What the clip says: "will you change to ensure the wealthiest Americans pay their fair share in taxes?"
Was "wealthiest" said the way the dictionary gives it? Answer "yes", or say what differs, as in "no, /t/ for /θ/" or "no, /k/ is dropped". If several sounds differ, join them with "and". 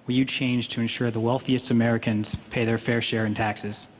yes